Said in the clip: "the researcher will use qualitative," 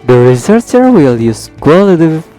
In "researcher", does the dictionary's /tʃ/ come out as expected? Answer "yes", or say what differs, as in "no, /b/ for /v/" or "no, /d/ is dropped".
no, /s/ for /tʃ/